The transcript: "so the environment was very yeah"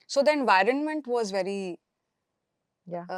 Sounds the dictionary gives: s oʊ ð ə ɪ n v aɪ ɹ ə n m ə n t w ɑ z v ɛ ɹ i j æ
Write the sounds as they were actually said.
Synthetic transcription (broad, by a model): s oʊ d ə ɪ n v aɪ ɹ ə n m ə n t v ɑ z v ɛ ɹ i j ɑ